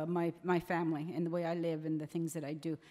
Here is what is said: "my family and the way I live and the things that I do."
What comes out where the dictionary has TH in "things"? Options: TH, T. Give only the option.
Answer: TH